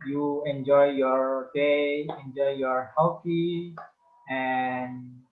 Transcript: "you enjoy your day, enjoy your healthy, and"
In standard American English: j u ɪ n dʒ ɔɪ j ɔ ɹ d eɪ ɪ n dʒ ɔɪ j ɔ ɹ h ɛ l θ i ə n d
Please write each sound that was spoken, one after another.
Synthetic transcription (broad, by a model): j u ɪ n dʒ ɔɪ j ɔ ɹ d eɪ ɪ n dʒ ɔɪ j ɔ ɹ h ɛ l f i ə n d